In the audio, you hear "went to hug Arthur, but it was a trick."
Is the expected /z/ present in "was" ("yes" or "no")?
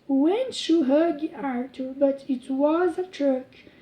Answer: yes